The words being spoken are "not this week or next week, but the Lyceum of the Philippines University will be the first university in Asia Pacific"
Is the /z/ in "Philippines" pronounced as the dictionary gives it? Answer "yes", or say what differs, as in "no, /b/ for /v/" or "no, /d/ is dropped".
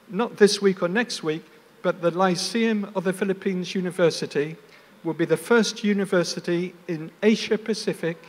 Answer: yes